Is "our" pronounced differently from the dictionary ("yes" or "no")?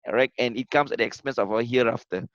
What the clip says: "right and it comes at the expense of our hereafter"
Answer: yes